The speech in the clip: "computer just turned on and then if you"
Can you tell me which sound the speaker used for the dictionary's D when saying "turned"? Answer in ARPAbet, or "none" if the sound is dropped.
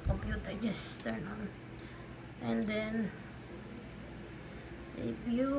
none